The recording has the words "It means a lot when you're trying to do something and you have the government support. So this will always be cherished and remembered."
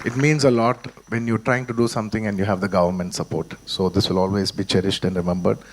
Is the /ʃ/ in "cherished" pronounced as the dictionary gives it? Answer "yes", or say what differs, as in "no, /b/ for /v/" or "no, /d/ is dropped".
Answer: yes